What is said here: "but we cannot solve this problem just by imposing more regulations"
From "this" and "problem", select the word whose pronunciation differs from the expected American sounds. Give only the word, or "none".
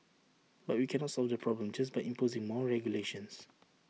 this